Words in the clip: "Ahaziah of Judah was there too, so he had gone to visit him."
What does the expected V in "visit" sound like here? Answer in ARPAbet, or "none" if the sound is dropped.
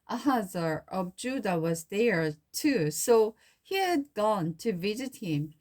V